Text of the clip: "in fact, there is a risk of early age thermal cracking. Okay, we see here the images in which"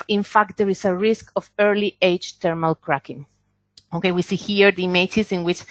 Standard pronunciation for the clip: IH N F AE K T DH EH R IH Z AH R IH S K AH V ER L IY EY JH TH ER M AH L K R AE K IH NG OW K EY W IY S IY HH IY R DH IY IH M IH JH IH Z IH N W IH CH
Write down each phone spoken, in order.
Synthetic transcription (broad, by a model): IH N F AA K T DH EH R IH S AH R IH S K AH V ER L IY EY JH T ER M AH L K R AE K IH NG OW K EY W IY S IY HH IY R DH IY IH M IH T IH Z IH N W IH CH